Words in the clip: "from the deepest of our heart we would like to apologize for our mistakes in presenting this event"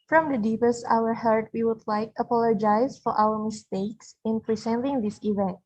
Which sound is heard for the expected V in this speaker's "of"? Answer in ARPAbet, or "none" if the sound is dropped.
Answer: W